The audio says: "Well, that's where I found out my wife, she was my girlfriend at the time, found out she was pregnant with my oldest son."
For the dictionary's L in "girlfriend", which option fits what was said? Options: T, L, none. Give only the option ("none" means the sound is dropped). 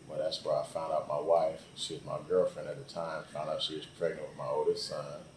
L